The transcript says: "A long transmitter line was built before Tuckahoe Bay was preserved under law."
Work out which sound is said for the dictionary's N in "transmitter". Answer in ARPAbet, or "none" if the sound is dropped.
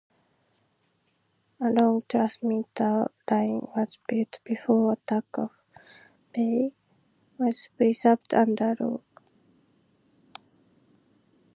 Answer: none